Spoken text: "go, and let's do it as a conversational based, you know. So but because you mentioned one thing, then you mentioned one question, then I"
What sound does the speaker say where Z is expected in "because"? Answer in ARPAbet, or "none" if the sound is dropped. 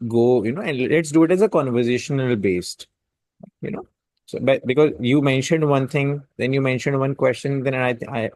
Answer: Z